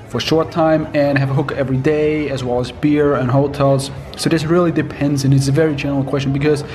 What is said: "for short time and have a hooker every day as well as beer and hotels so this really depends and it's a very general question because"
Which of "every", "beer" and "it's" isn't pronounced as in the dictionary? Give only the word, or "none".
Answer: none